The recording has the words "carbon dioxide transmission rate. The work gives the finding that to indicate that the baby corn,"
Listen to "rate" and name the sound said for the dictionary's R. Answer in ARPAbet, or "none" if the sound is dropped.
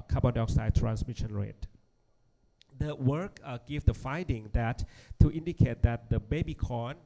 R